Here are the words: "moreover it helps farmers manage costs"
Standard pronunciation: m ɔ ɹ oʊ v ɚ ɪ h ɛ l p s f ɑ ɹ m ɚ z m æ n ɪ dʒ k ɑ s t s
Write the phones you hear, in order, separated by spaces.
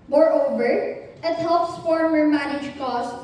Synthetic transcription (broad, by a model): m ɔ ɹ oʊ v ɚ ɪ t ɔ p s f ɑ ɹ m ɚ m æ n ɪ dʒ k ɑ s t